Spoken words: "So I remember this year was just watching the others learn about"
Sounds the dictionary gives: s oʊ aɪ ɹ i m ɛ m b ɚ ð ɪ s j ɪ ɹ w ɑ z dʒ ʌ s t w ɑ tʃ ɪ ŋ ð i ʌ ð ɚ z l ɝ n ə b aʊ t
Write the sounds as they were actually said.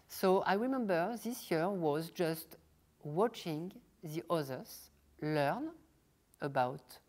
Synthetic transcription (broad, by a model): s oʊ aɪ ɹ i m ɛ m b ɚ ð ɪ s j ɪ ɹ w ɑ z dʒ ʌ s t w ɑ tʃ ɪ ŋ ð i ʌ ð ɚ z l ɝ n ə b aʊ t